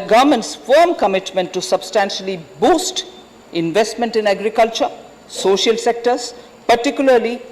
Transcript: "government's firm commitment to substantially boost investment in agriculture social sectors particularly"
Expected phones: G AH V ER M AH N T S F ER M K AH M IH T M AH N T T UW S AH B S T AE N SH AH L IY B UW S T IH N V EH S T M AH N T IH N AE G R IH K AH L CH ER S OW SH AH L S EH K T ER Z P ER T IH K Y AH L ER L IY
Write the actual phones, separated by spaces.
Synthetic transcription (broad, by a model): G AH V M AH N T S F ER M K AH M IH T M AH N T T UW S AH B S T AE N SH AH L IY B UW S T IH N V EH S T M AH N T IH N AE G R IH K AH L CH ER S OW SH AH L S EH K T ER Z P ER T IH K Y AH L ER L IY